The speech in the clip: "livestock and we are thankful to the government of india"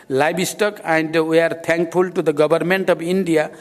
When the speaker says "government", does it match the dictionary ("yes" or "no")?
no